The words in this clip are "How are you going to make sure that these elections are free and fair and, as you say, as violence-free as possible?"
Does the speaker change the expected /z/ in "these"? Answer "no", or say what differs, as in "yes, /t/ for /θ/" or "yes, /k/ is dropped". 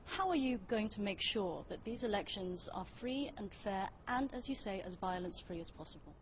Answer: no